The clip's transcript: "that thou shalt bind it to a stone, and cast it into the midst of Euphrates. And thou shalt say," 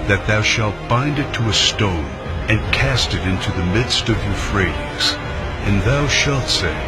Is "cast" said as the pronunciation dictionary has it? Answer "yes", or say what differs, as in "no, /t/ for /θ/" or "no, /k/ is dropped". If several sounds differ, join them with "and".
yes